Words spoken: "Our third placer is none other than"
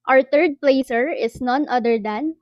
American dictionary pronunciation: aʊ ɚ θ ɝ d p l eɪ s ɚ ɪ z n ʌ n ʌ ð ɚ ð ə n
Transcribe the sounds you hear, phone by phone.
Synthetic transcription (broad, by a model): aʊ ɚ t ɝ d p l eɪ s ɚ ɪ s n ʌ n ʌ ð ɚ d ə n